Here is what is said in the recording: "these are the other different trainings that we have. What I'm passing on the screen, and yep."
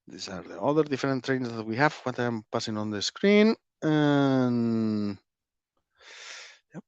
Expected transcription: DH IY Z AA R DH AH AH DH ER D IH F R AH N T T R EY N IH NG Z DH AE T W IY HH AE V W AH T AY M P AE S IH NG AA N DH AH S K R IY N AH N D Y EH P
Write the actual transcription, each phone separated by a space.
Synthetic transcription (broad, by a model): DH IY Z AA R DH AH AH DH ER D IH F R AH N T T R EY IH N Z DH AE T W IY HH AE V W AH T AY M P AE S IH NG AA N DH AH S K R IY N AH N Y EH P